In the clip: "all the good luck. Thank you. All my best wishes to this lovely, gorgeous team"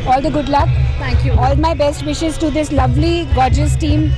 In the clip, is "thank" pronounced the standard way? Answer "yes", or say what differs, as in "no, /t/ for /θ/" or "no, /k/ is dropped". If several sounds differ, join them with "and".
no, /t/ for /θ/